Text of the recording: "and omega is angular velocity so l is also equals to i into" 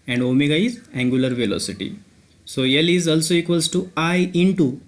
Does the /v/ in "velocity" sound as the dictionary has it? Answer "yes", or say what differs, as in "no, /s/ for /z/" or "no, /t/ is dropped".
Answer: yes